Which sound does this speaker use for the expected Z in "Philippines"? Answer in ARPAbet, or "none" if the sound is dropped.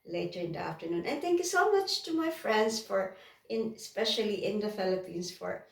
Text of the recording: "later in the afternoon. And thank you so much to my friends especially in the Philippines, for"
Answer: S